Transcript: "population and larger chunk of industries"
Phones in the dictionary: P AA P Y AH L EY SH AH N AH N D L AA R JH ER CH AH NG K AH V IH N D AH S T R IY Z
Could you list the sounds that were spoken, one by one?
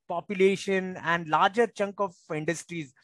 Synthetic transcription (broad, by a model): P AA P Y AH L EY SH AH N AH N D L AA R JH ER CH AH NG K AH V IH N D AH S T R IY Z